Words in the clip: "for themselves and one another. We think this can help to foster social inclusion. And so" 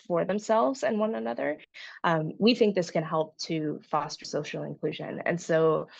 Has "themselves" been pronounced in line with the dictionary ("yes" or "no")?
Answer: yes